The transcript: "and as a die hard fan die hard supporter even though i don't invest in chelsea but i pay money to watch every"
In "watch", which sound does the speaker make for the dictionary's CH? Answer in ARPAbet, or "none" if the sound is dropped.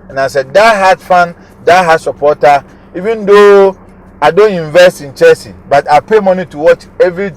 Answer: CH